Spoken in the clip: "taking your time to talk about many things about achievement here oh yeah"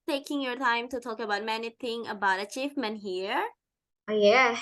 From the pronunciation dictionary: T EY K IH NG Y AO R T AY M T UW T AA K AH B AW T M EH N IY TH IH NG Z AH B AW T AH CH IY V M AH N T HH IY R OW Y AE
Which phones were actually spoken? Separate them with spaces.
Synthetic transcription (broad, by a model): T EY K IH NG Y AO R T AY M T UW T AA K AH B AW T M EH N IY T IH NG AH B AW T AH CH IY F M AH N HH IY R OW Y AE